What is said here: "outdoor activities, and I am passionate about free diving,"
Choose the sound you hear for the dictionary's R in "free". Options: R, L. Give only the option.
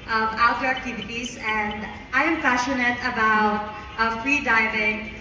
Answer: R